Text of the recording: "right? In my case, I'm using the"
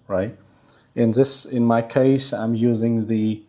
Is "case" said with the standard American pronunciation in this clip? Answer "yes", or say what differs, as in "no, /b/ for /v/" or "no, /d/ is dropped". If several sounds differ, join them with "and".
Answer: yes